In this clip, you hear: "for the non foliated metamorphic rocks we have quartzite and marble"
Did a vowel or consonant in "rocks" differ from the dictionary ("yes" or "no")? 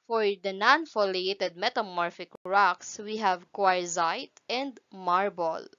no